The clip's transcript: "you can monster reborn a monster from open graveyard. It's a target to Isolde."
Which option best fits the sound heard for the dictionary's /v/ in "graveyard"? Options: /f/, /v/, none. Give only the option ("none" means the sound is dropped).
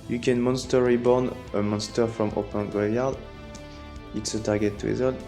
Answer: none